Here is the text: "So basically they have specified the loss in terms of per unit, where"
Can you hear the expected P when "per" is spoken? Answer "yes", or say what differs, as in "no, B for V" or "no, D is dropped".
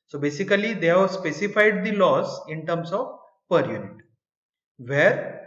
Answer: yes